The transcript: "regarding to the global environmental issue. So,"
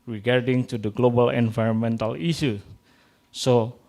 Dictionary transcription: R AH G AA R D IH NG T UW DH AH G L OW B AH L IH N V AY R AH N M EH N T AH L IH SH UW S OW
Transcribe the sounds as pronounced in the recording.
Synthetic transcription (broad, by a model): R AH G AA R D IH NG T UW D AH G L OW B AH L IH N V AY R AH N M EH N T AH L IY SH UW S OW